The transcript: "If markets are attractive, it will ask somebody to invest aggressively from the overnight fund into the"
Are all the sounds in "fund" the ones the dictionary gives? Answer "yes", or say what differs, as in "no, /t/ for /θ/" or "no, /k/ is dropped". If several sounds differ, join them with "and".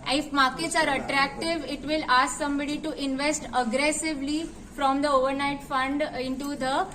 yes